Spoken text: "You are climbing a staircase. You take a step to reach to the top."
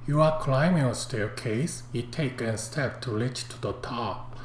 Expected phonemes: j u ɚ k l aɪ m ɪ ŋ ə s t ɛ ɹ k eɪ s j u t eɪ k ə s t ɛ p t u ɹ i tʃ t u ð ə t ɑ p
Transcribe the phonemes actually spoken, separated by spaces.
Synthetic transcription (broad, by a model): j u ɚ k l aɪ m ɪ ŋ ə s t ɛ k eɪ s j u t eɪ k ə s t ɛ p t u l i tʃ t u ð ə t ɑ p